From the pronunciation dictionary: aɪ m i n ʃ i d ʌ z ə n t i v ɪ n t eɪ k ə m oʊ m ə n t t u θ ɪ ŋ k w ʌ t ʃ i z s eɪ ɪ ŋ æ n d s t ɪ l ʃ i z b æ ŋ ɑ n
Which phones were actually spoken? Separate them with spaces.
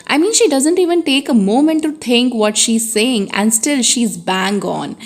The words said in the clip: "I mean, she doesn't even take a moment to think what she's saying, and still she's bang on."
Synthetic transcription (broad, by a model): aɪ m i n ʃ i d ʌ z ə n t i v ɪ n t eɪ k ə m oʊ m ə n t t u t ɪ ŋ k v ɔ t ʃ i z s eɪ ɪ ŋ æ n d s t ɪ l ʃ i z b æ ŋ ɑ n